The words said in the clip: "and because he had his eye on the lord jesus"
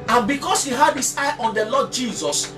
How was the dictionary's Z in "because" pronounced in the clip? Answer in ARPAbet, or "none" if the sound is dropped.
S